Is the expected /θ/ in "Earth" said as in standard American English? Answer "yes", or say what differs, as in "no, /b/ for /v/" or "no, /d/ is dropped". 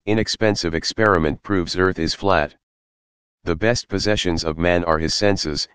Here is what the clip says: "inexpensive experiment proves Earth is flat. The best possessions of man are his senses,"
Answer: yes